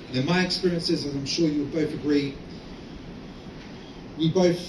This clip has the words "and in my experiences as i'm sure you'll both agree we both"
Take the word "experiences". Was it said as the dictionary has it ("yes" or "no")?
yes